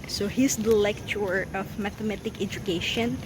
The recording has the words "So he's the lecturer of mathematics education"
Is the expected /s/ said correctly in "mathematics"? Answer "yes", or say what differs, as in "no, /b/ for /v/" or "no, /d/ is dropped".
no, /s/ is dropped